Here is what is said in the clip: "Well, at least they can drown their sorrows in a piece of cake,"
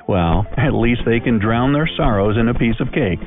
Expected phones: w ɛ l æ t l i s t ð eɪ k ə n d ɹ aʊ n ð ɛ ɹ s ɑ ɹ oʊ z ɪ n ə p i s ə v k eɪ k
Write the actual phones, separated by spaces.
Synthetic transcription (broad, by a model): w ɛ l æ t l i s t ð eɪ k ə n d ɹ aʊ n ð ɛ ɹ s ɑ ɹ oʊ z ɪ n ə p i s ə v k eɪ k